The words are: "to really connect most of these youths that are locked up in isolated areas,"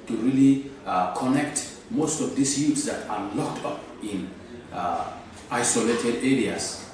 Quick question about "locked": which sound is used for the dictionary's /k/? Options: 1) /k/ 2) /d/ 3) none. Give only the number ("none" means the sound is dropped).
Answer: 1